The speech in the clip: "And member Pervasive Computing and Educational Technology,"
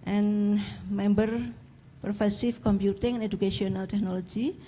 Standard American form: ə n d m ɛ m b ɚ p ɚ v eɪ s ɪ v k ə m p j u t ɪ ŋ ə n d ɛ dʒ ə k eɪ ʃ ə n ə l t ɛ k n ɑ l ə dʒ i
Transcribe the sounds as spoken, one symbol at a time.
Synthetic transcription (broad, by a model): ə n m ɛ m b ɚ p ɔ f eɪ s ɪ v k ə m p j u t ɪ ŋ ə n d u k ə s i ə n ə l t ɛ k n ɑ l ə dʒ i